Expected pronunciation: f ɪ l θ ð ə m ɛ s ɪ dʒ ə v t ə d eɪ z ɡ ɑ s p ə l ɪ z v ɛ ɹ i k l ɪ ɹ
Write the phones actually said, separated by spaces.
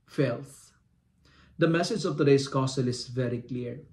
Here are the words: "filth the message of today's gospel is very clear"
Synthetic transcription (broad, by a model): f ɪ l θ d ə m ɛ s ɪ dʒ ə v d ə d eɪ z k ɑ s ə l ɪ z v ɛ ɹ i k l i ɹ